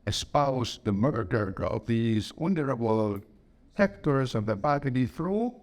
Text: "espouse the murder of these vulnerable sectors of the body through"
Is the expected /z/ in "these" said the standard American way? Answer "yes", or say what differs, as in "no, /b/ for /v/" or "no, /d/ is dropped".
yes